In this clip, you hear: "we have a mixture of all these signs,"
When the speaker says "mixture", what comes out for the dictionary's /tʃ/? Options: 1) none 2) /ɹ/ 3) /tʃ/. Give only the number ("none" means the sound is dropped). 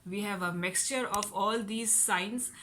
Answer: 3